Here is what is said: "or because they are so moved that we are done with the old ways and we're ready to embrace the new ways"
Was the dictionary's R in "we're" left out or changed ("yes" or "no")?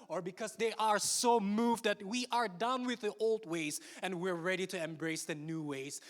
no